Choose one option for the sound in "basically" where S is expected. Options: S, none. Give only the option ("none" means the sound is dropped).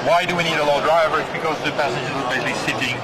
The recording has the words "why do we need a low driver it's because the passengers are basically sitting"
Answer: none